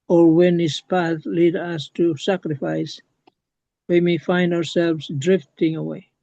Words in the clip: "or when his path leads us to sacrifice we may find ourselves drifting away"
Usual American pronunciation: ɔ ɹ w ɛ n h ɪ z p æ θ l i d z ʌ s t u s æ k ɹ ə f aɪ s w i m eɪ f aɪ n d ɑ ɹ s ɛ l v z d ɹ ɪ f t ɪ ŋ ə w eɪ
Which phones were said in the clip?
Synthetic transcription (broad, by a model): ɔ ɹ w ɛ n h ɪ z p æ θ l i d ʌ s t u s æ k ɹ ə f aɪ s w i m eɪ f aɪ n d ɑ ɹ s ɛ l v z d ɹ ɪ f t ɪ ŋ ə w eɪ